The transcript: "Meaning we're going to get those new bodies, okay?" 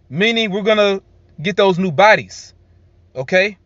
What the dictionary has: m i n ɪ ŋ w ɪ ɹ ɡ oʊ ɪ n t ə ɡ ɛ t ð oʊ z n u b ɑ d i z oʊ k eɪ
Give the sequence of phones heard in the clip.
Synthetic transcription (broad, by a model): m i n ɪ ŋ w ɪ ɹ ɡ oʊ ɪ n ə ɡ ɛ t ð oʊ z n u b ɑ d i z oʊ k eɪ